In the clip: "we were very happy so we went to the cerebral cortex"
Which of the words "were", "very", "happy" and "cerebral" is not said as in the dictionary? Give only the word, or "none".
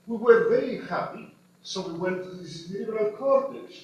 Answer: cerebral